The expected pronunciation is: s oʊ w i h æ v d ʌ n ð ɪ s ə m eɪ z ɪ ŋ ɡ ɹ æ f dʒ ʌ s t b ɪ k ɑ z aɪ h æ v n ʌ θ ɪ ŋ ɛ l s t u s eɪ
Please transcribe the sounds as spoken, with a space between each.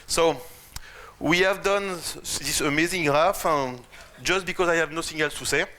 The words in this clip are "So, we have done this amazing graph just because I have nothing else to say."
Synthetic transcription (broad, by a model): s oʊ w i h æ v d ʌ n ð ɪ s ə m eɪ z ɪ ŋ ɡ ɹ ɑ f dʒ ʌ s t b ɪ k ɑ z aɪ h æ v n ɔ s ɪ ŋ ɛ l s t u s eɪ